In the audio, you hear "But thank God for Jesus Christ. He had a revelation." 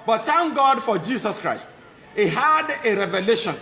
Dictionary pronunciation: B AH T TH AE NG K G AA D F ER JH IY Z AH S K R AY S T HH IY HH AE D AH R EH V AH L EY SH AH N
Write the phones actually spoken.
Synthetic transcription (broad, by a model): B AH T T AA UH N G AA D F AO JH IY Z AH S K R AY S T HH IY HH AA D AH R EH V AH L EY SH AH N